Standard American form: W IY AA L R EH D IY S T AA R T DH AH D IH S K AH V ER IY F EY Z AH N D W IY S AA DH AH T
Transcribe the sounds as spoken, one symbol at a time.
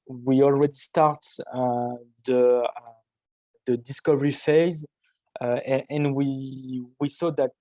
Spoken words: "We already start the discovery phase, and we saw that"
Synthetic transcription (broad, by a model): W IY AA L R EH D IY S T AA R T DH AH D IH S K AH V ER IY F EY Z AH N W W IY S AA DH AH T